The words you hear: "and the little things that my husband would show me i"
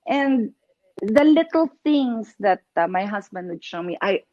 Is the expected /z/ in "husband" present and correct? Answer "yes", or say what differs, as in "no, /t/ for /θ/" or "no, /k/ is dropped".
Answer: no, /s/ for /z/